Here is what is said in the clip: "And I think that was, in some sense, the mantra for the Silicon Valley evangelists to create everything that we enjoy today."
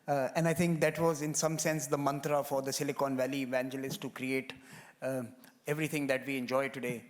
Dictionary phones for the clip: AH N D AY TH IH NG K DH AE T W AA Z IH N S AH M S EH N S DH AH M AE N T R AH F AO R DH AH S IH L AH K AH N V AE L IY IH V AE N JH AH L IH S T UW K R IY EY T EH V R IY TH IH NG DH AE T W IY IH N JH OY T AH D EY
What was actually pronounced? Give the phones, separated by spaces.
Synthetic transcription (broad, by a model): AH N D AY T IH NG K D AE T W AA Z IH N S AH M S EH N S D AH M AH N T R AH F AO R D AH S IH L AH K AH N V AE L IY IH V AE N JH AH L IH S T UW K R IY EY T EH V R IY T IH NG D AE T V IY IH N JH OY T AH D EY